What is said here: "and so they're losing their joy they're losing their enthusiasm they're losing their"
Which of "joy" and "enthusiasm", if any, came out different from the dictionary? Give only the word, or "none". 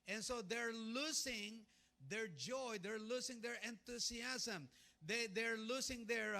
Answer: enthusiasm